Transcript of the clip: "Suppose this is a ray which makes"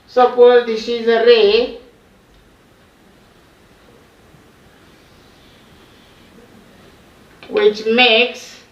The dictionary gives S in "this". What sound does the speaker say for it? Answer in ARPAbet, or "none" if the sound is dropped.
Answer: SH